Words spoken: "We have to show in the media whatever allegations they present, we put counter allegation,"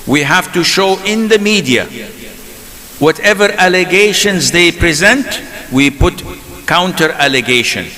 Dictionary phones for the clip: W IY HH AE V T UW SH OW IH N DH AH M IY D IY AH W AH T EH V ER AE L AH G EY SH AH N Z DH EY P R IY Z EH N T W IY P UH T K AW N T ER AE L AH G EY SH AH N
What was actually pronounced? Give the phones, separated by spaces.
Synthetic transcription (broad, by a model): W IY HH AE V T UW SH OW IH N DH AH M IY D IY AH W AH T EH V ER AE L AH G EY SH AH N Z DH EY P R IY Z EH N T W IY P UH T K AW N T ER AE L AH G EY SH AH N